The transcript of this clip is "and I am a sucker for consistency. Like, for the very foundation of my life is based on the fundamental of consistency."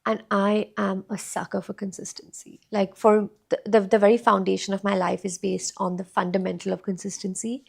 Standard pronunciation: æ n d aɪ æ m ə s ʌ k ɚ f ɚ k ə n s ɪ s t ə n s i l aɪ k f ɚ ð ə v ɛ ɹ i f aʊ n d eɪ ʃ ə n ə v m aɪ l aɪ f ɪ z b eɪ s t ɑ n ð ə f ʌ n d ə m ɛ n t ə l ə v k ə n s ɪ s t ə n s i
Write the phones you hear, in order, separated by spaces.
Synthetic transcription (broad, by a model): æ n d aɪ æ m ə s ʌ k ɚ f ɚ k ə n s ɪ s t ə n s i l aɪ k f ɚ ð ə v ɛ ɹ i f aʊ n d eɪ ʃ ə n ə v m aɪ l aɪ f ɪ z b eɪ s t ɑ n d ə f ʌ n d ə m ɛ n t ə l ə v k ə n s ɪ s t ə n s i